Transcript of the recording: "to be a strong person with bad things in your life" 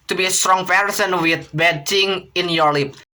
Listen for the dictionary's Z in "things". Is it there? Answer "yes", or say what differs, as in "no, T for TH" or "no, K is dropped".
no, Z is dropped